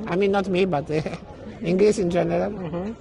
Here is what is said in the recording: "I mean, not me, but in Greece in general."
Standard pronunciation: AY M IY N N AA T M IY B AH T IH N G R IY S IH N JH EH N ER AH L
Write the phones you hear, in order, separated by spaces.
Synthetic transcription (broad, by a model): AY M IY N N AA T M IY B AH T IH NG G L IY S IH N JH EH N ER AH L